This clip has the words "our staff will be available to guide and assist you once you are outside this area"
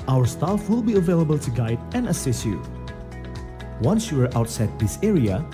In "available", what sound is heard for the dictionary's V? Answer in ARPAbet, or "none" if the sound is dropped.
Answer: V